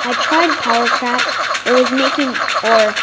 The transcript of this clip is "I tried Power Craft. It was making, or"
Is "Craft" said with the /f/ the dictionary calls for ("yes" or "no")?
no